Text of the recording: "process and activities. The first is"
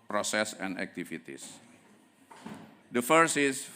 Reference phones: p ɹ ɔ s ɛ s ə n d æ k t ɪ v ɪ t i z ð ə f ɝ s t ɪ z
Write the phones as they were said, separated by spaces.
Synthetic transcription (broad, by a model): p ɹ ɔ s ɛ s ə n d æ k t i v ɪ t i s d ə f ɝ s ɪ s